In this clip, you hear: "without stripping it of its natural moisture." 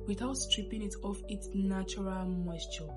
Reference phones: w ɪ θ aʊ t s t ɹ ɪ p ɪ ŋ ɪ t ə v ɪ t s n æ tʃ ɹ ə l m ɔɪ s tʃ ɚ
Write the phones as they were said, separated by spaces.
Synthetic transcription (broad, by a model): w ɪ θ aʊ t s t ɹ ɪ p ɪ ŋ ɪ t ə f ɪ t s n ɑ tʃ ɹ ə l m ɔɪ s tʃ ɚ